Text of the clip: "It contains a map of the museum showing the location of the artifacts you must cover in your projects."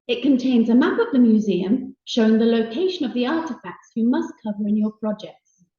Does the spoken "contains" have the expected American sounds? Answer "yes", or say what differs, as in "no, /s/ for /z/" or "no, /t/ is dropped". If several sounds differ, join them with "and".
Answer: yes